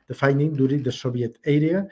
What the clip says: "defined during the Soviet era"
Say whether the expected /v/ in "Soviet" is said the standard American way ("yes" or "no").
no